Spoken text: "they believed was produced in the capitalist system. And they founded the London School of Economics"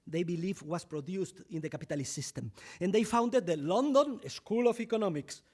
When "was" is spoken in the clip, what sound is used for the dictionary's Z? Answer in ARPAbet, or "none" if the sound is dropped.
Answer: S